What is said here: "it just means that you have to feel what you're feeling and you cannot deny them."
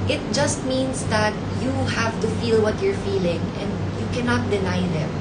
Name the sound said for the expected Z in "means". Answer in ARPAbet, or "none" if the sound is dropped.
S